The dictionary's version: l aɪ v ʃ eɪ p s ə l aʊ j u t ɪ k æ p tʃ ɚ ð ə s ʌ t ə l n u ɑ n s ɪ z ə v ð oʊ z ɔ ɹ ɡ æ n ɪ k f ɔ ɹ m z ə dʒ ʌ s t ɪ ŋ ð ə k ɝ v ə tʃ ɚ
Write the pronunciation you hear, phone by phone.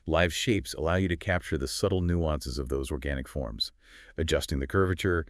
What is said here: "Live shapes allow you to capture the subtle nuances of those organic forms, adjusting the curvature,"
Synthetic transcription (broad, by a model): l aɪ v ʃ eɪ p s ə l aʊ j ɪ t ɪ k æ p tʃ ɚ ð ə s ʌ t l n u ɑ n s ɪ z ə v ð oʊ z ɔ ɹ ɡ æ n ɪ k f ɔ ɹ m z ə dʒ ʌ s t ɪ ŋ ð ə k ɝ v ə tʃ ɚ